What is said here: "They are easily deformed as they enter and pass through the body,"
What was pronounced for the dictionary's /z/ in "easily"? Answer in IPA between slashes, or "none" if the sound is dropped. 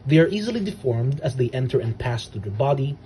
/z/